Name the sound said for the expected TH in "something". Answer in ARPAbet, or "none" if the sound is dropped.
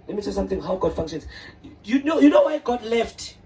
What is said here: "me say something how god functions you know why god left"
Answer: T